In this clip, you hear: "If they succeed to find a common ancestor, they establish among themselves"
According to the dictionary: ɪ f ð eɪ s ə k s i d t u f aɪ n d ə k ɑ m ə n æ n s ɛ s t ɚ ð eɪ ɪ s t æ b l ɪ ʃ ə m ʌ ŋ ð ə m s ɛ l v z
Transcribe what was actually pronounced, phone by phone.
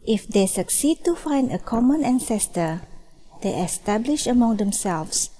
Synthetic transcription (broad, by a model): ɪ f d eɪ s ə k s i d t u f aɪ n d ə k ɑ m ə n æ n s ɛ s t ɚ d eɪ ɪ s t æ b l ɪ ʃ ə m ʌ ŋ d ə m s ɛ l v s